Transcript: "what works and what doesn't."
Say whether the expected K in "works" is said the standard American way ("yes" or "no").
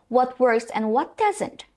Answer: no